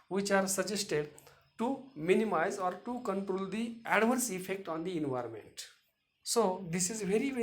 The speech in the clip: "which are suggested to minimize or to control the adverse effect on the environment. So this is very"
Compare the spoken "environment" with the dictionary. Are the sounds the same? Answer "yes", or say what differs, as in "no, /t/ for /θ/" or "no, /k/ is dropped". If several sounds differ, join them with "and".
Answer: yes